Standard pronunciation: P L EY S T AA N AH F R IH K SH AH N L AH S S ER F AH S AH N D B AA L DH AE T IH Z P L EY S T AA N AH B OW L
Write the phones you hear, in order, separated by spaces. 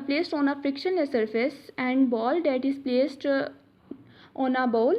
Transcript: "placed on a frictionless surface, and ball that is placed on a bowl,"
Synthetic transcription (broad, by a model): P L EY S T AA N AH F R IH K SH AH N AH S S ER F AH S AH N D B AA L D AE T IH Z P L EY S T AA N AH B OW L